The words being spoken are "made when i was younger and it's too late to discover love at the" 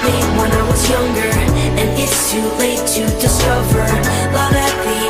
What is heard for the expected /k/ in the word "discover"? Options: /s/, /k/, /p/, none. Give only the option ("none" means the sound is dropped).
none